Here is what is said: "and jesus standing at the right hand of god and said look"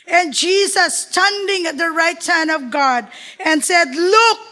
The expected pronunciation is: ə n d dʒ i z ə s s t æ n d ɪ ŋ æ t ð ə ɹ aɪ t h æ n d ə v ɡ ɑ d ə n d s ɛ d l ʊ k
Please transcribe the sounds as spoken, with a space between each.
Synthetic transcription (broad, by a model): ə n dʒ i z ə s s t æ n d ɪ ŋ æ t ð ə ɹ aɪ t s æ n ə v ɡ ɑ d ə n s ɛ d l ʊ k